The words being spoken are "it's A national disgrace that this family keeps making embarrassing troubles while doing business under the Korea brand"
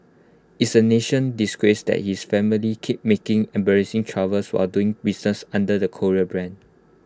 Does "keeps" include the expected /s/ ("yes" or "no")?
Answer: no